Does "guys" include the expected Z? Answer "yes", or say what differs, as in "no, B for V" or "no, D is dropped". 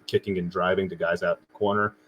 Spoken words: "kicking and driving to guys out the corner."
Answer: yes